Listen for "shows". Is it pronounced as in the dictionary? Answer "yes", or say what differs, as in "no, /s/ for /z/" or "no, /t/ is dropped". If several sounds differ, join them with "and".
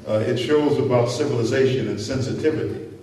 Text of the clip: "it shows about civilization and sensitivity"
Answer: yes